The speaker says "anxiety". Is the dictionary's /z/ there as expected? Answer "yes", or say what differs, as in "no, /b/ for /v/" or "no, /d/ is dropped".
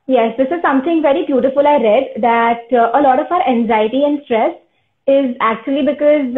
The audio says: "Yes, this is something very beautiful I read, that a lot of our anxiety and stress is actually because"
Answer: yes